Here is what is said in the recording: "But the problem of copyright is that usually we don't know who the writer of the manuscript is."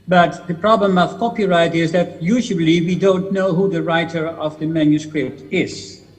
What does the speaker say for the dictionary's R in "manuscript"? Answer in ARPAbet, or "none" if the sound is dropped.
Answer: R